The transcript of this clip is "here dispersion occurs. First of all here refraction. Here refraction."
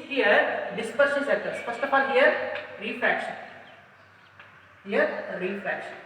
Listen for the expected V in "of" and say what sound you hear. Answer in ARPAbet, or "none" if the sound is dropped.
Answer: P